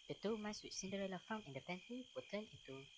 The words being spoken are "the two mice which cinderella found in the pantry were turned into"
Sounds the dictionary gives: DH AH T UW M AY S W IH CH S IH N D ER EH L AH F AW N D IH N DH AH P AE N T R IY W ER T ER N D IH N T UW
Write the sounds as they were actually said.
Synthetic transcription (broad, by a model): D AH T UW M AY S W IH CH S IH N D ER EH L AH F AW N IH N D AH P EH N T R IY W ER T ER N IH N T UW